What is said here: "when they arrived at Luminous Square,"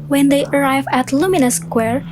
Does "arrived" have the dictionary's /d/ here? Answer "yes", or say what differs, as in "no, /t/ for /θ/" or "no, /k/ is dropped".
no, /d/ is dropped